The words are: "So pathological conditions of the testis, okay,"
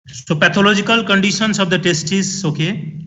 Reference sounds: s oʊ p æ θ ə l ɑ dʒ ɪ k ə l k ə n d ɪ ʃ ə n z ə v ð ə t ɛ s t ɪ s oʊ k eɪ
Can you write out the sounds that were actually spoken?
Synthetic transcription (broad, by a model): s oʊ p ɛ t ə l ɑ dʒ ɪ k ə l k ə n d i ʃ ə n s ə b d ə t ɛ s t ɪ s oʊ k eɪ